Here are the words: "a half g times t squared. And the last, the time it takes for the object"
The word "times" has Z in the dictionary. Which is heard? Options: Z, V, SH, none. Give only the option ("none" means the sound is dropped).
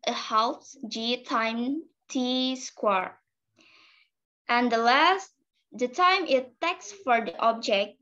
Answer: none